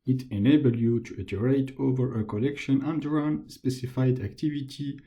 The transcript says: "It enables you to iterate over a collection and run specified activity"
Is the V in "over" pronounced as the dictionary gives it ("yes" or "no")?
yes